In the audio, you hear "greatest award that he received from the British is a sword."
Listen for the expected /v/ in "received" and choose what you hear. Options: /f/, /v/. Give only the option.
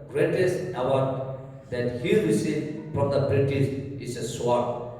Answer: /f/